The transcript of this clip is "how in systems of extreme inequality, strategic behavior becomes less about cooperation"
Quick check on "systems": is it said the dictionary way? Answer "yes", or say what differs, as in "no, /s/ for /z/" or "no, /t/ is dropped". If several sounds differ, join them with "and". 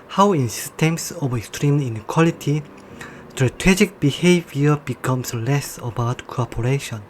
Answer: no, /s/ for /z/